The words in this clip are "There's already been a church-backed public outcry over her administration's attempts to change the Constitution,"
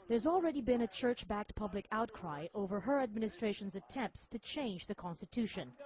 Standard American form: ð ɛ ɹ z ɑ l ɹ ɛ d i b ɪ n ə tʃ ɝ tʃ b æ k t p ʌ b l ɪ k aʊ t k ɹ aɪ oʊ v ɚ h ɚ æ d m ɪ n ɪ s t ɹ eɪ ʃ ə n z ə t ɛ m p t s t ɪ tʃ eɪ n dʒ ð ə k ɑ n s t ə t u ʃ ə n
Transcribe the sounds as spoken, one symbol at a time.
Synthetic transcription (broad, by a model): ð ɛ ɹ z ɑ l ɹ ɛ d i b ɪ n ə tʃ ɝ tʃ b æ k t p ʌ b l ɪ k aʊ t k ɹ aɪ oʊ v ɚ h ɚ æ d m ɪ n ɪ s t ɹ eɪ ʃ ə n z ə t ɛ m p t s t ɪ tʃ eɪ n dʒ ð ə k ɑ n s t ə t u ʃ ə n